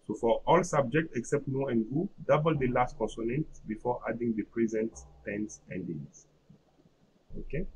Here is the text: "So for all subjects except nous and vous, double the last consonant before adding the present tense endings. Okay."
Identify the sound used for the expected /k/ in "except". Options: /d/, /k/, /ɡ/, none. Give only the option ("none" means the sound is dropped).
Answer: /k/